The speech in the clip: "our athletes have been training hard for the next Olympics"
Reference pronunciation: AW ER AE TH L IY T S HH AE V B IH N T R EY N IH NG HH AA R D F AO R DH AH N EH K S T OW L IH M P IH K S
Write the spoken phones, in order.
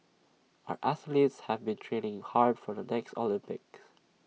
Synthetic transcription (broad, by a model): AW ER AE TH L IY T S HH AE V B IH N T R EY N IH NG HH AA R D F AO R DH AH N EH K S T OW L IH M P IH K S